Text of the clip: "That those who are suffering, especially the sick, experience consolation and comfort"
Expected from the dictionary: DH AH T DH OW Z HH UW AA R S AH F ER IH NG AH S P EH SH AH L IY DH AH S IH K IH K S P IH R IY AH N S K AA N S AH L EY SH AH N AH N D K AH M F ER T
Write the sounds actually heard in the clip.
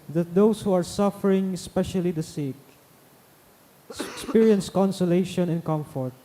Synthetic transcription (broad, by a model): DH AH T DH OW S HH UW AA R S AH F ER IH NG AH S P EH SH AH L IY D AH S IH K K S P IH R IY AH N S K AA N S AH L EY SH AH N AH N K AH M F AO T